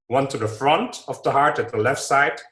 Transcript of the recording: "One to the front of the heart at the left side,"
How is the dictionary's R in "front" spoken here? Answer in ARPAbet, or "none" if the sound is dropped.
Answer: R